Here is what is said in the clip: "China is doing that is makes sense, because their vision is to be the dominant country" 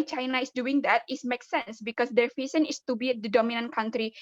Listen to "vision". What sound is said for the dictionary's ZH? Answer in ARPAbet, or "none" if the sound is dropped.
S